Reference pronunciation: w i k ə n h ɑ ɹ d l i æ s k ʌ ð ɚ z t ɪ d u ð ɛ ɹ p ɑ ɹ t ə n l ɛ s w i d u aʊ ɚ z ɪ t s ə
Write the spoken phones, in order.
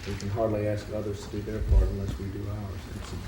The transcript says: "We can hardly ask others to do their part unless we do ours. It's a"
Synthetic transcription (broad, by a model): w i k ə n h ɑ ɹ d l i æ s k ʌ ð ɚ z t ɪ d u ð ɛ ɹ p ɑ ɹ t ə n l ɛ s w i d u aʊ ɚ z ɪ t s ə